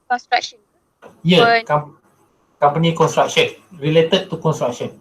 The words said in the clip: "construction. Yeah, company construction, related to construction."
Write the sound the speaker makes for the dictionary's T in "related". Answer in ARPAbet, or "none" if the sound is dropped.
T